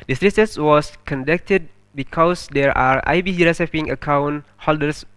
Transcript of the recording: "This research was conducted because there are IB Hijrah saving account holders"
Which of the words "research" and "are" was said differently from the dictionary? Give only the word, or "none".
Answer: research